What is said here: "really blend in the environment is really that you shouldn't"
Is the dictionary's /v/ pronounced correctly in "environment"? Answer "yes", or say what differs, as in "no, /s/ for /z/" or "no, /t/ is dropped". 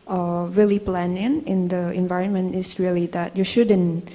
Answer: yes